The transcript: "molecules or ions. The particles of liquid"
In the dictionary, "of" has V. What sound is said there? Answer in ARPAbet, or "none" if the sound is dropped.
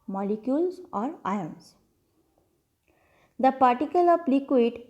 P